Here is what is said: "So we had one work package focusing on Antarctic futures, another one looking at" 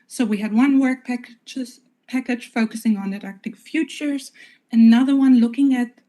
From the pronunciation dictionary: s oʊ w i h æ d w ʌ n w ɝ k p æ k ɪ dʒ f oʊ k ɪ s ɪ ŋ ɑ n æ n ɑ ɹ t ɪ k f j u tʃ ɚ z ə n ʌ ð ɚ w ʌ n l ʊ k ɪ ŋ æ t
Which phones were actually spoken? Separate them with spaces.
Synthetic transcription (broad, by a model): s oʊ w i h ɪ d w ʌ n w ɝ k p æ k ɪ dʒ f oʊ k ɪ s ɪ ŋ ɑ n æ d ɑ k t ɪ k f j u tʃ ɚ z ə n ʌ ð ɚ w ʌ n l ʊ k ɪ ŋ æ t